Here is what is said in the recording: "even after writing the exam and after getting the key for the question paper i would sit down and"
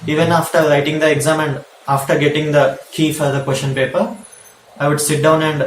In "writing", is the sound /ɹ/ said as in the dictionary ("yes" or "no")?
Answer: no